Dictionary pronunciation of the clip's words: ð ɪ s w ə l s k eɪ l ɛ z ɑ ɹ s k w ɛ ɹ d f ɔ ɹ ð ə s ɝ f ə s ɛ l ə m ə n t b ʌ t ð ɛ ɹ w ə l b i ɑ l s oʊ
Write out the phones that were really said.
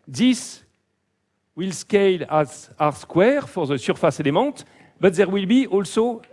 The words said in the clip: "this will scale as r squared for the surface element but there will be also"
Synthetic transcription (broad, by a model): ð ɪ s w ə l s k eɪ l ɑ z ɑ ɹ s k w ɛ ɹ f ɔ ɹ ð ə s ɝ f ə s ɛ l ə m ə t b ʌ t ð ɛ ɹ w ə l b i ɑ l s oʊ